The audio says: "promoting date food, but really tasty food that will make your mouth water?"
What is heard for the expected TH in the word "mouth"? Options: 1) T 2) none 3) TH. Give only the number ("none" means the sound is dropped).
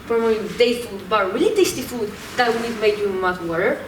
1